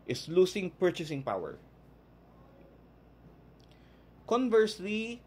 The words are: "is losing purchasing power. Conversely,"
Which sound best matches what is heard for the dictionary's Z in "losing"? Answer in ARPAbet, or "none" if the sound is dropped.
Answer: S